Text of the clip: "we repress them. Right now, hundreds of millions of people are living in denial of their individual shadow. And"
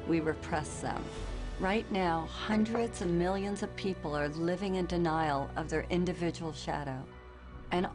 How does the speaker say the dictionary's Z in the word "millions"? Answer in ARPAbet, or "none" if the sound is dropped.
Z